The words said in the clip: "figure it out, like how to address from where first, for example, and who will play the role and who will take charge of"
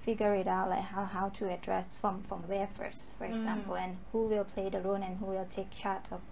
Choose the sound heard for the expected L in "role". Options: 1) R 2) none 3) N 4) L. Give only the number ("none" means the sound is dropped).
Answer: 3